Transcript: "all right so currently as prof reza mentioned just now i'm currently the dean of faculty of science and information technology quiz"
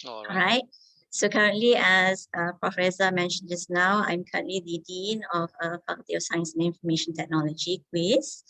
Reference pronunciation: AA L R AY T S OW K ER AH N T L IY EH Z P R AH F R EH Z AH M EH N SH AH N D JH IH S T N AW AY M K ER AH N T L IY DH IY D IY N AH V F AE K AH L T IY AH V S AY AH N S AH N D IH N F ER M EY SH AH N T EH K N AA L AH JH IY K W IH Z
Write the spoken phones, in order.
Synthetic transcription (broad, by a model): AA R AY T S OW K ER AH N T L IY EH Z P R AH F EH S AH M EH N SH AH N JH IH S N AW AY M K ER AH N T L IY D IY D IY N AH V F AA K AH T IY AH S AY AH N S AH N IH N F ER M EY SH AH N T EH K N AA L AH JH IY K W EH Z